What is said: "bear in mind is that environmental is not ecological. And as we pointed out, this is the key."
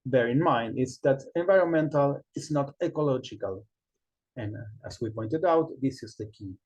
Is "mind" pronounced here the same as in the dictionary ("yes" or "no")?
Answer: yes